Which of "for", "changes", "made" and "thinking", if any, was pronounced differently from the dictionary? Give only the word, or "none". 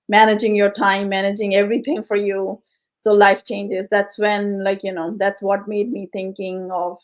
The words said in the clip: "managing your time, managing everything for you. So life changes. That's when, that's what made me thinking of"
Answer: thinking